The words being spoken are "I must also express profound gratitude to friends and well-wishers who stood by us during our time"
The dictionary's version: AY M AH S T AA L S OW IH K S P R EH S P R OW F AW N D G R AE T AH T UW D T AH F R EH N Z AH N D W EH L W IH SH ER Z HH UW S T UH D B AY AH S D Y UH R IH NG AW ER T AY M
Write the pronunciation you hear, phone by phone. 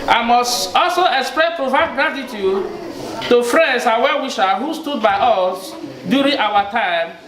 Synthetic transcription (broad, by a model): AY M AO S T AA L S OW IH K S P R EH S P R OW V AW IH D G R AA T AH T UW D T AH F R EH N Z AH W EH W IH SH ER HH UW S T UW D B AY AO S D Y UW R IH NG AW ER T AY M